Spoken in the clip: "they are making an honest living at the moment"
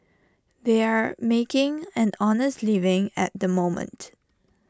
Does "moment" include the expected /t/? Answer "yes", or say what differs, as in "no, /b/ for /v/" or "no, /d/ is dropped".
yes